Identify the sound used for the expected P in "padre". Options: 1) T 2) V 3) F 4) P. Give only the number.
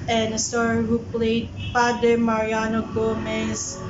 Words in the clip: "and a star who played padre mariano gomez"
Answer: 3